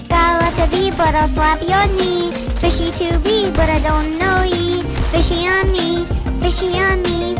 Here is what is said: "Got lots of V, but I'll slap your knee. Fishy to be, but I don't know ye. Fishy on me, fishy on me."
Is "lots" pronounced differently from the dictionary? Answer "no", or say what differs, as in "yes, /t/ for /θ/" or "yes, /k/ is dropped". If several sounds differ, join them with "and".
yes, /s/ is dropped